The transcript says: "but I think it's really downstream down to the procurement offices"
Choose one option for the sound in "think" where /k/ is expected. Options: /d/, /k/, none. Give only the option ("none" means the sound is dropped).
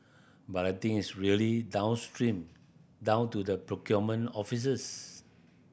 none